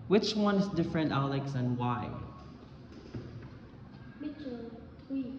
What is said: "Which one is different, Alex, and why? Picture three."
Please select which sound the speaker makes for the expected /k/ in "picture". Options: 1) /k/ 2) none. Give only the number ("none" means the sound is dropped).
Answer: 2